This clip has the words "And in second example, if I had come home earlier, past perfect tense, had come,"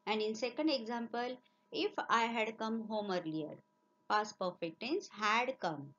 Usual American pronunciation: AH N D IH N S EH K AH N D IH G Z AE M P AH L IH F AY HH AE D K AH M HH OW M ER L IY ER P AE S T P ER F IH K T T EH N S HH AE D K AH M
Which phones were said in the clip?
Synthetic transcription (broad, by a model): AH N D IH N S EH K AH N D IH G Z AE M P AH L IH F AY HH AE D K AH M HH OW M ER L IY ER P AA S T P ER F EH K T T EH N S HH AE D K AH M